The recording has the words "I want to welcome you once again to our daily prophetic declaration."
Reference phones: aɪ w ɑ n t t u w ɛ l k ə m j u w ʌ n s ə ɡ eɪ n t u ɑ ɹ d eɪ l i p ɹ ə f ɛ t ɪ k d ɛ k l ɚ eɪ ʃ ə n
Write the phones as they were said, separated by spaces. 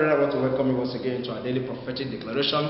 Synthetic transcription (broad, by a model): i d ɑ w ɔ t u w ɛ l k ə m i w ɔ s ə ɡ eɪ n t u ɑ d eɪ l i p ɹ ə f ɛ t ɪ k d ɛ k l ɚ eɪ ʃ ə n